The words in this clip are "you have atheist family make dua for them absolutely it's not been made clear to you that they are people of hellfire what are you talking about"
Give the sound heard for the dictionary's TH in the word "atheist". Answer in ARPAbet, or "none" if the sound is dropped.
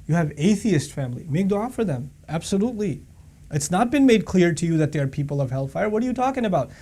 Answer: TH